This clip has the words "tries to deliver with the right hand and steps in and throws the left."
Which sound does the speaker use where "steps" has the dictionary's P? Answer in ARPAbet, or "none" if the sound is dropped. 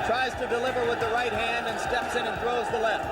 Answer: P